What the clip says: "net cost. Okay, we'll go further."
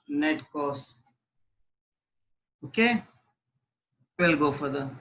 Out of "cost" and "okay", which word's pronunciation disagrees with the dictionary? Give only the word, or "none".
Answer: cost